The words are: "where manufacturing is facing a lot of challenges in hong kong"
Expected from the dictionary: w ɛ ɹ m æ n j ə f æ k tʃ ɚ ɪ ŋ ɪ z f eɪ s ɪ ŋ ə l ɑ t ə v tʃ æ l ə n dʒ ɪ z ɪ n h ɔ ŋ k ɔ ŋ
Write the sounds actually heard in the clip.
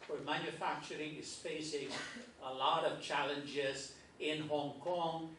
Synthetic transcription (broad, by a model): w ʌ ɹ m æ n j ə f æ k tʃ ɚ ɪ ŋ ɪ s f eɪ s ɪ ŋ ə l ɑ t ə v tʃ æ l ə n dʒ ɪ z ɪ n h ɔ ŋ k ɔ ŋ